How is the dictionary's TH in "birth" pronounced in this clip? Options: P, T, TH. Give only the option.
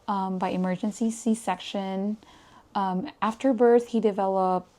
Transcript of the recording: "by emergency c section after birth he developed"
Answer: TH